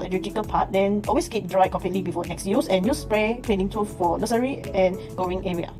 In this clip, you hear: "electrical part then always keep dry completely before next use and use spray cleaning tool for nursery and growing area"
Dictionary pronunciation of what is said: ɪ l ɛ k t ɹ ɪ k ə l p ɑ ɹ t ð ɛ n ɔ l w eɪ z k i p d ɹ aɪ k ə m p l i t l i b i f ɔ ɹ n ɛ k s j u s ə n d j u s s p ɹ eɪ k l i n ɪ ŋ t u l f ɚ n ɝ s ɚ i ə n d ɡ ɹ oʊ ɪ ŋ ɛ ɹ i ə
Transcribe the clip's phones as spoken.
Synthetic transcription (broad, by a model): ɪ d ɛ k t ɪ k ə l p ɑ t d ɛ n ɔ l w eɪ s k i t d ɹ aɪ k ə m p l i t l i b i f ɔ n ɛ k s j u s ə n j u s s p ɹ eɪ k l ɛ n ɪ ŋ t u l f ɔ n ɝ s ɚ i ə n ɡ oʊ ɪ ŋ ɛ ɹ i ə